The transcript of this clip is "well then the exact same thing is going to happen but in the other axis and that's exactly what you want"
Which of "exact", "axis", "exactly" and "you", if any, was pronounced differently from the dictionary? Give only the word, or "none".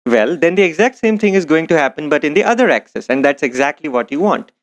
none